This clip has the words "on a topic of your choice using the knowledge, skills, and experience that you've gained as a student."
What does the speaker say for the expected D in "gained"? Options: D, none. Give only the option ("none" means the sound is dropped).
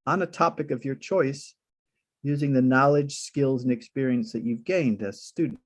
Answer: D